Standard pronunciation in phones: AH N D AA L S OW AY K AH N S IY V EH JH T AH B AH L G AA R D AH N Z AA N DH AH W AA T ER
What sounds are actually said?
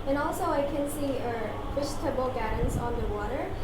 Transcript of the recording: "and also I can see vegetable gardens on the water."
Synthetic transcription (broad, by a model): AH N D AA L S OW AY K AH N S IY F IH SH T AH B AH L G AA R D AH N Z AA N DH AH W AA T ER